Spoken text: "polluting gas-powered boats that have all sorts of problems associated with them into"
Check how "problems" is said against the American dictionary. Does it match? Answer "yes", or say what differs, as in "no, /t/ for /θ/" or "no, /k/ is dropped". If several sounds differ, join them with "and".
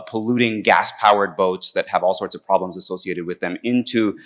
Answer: yes